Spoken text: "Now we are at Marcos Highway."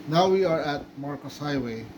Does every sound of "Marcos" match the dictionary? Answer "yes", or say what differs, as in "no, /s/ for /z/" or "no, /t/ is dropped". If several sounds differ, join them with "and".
yes